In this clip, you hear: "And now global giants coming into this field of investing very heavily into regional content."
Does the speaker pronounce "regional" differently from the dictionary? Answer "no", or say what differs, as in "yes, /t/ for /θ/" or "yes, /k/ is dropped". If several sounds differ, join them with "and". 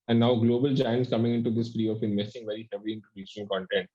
yes, /ʃ/ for /dʒ/